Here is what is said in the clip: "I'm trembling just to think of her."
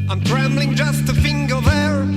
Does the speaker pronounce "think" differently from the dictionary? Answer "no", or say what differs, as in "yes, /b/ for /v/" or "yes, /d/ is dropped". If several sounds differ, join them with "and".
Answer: yes, /f/ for /θ/